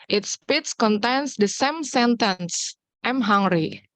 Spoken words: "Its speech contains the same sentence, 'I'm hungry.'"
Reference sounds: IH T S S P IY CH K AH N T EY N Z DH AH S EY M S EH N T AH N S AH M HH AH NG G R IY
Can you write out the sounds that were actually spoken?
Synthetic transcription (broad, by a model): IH T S S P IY S K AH N T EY N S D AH S EY M S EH N T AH N S AH M HH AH NG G R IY